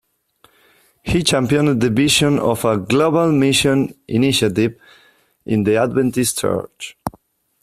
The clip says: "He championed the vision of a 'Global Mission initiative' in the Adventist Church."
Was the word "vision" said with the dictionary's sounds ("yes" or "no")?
no